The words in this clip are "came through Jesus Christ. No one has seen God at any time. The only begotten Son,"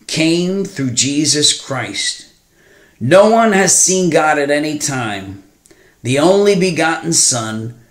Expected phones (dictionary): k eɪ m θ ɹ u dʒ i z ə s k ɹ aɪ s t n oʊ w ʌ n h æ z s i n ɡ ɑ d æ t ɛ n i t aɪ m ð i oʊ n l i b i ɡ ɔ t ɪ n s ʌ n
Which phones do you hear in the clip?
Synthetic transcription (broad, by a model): k eɪ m θ ɹ u dʒ i z ə s k ɹ aɪ s t n oʊ w ʌ n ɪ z s i n ɡ ɑ d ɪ t ɛ n i t aɪ m ð i oʊ n l i b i ɡ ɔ t n s ʌ n